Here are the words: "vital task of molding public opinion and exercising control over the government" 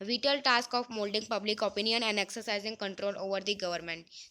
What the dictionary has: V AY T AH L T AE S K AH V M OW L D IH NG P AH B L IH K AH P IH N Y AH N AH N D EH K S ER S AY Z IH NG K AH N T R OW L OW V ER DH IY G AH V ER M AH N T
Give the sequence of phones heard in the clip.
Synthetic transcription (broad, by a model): V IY T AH L T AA S K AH F M OW L D IH NG P AH B L IH K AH P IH N Y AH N AH N D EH K S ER S AY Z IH NG K AH N T R OW L OW V ER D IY G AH V ER M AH N T